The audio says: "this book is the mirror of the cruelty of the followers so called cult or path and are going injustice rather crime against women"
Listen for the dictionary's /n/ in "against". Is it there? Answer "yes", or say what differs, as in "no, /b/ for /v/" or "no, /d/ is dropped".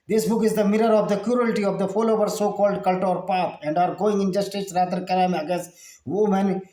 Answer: no, /n/ is dropped